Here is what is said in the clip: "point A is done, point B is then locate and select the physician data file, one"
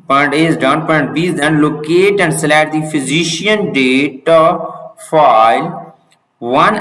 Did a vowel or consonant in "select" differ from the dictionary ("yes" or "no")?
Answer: yes